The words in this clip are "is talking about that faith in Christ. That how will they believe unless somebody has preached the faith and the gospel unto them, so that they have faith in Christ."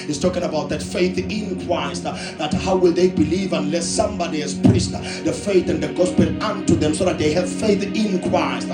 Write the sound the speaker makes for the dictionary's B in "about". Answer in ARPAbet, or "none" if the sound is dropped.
B